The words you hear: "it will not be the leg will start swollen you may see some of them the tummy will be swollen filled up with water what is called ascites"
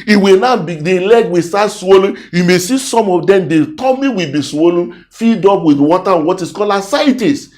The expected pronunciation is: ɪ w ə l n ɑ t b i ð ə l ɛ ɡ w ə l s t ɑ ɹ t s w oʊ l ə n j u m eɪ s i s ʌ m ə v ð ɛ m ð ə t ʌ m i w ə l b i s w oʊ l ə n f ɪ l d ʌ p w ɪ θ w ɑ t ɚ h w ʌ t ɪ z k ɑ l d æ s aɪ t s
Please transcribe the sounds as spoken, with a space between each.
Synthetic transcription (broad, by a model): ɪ w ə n ɑ b i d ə l ɛ ɡ w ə s t ɑ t s w oʊ l ə n j u m eɪ s i s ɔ m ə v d ɛ m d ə t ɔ m i w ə b i s w oʊ l ə n f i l d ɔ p w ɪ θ w ɑ t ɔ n w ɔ t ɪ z k ɑ l ɑ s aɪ t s